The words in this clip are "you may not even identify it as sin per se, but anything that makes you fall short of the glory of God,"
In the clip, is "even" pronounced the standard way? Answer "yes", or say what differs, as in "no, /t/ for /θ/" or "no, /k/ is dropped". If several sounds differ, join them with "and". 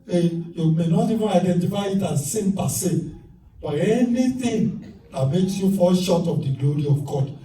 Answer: no, /n/ is dropped